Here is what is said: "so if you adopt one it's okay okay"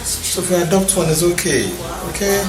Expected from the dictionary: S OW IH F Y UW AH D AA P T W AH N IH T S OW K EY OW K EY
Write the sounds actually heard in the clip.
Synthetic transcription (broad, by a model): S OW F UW AH D AA P T W AH N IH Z OW K EY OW K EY